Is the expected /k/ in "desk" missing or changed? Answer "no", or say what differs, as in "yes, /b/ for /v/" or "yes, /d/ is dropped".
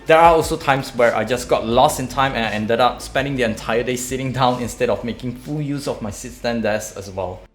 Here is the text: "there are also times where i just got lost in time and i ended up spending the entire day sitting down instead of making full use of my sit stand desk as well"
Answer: yes, /k/ is dropped